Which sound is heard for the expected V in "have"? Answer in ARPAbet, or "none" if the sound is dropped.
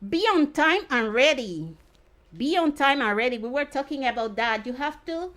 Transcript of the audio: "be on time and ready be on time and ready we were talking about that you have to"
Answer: F